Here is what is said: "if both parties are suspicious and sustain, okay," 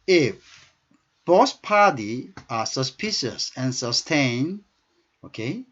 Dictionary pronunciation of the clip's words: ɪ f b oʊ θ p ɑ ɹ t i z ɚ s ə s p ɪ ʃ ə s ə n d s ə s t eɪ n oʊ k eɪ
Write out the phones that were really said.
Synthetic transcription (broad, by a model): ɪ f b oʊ s p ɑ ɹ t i ɚ s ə s p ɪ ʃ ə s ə n s ə s t eɪ n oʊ k eɪ